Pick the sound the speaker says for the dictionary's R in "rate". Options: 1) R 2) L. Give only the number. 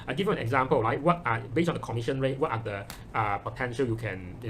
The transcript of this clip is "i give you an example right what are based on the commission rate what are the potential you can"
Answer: 1